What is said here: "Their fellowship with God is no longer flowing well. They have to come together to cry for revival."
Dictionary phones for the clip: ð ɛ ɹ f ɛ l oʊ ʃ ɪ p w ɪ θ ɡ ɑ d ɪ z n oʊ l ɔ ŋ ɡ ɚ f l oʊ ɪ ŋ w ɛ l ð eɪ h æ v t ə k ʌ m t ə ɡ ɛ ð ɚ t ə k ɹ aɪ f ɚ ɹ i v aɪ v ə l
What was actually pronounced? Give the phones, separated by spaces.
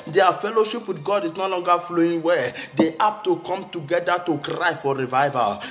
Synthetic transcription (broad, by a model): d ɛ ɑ f ɛ l oʊ ʃ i p w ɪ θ ɡ ɑ d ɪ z n oʊ l ɔ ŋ ɡ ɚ f l oʊ ɪ ŋ w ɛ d eɪ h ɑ p t ə k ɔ m t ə ɡ ɛ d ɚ t ə k ɹ aɪ f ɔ ɹ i v aɪ v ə l